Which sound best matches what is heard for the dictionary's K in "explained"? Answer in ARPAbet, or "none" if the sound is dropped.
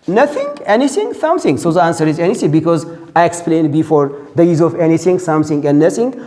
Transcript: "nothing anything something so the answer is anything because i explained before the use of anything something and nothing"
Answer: K